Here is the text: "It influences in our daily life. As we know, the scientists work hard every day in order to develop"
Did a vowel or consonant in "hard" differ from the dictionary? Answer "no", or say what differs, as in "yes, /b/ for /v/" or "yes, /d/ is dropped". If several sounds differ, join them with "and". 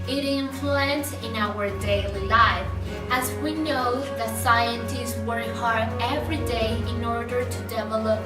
yes, /d/ is dropped